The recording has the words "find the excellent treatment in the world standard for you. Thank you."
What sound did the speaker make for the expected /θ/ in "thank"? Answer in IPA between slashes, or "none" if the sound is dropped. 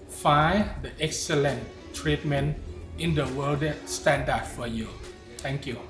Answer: /t/